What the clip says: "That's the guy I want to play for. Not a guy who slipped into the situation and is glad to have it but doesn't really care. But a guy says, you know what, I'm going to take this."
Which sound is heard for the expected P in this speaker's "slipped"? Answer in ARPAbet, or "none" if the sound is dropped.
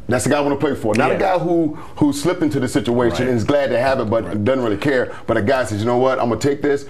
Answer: P